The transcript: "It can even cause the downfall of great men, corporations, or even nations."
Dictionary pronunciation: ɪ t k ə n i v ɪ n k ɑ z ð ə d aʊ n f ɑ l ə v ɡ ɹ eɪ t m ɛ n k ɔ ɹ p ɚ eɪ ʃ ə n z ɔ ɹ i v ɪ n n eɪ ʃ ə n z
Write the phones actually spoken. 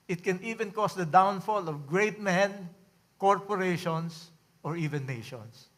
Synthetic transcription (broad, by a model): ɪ t k ə n i v ɪ n k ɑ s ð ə d aʊ n f ɑ l ə v ɡ ɹ eɪ t m ɛ n k ɔ ɹ p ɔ eɪ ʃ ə n s ɔ ɹ i v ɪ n n eɪ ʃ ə n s